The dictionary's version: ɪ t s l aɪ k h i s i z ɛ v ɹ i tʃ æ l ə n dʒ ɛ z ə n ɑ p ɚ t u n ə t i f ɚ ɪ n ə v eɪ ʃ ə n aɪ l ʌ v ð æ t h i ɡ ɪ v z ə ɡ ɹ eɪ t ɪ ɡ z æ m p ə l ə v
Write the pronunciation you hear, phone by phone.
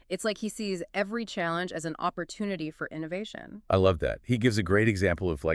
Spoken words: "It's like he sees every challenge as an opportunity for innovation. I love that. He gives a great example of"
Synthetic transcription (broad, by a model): ɪ t s l aɪ k h i s i z ɛ v ɹ i tʃ æ l ə n dʒ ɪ z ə n ɑ p ɚ t u n ə t i f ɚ ɪ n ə v eɪ ʃ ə n aɪ l ʌ v ð æ t h i ɡ ɪ v z ə ɡ ɹ eɪ t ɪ ɡ z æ m p l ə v